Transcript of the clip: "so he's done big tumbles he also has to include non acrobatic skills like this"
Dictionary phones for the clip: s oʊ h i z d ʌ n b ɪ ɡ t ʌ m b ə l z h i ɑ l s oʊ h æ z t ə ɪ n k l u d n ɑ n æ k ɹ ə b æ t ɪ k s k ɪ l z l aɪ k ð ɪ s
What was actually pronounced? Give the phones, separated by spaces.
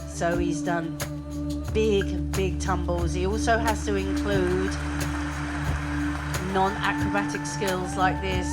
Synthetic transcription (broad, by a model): s oʊ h i z d ʌ n b ɪ ɡ t ʌ m b ə l z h i ɑ l s oʊ h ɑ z t ə ɪ n k l u d n ɑ n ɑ k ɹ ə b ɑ t ɪ k s k ɪ l z l aɪ k ð ɪ s